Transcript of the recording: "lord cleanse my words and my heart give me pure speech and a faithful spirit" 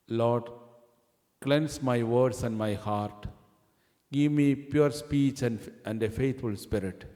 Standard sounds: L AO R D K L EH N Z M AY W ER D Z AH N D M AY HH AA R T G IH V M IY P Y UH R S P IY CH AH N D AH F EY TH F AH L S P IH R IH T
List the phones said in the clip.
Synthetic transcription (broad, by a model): L AO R D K L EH N S M AY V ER D S AH N D M AY HH AA R T G IH V M IY P Y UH R S P IY CH AH N D AH F EY T F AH L S P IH R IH T